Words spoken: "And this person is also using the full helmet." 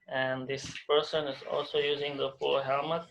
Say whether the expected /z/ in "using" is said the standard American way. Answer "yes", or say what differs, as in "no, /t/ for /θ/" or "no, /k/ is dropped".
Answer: yes